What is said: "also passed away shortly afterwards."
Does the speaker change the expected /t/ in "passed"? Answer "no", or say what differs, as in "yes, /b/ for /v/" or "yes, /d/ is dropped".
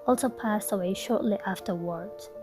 no